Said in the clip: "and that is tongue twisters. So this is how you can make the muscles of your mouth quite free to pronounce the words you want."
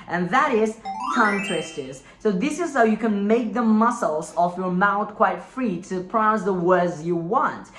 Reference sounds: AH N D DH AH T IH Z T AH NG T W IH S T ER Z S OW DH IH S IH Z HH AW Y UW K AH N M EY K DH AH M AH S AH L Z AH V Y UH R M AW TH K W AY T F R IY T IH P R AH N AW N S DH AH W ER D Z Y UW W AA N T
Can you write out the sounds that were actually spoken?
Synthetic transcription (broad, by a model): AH N DH AH T IH Z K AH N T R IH S T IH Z S OW DH IH S IH Z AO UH Y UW K AH N M EY K DH AH M AH S L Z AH F Y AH R M AW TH K W AY T F R IY T IH P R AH UH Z DH AH W ER D Z Y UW W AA N T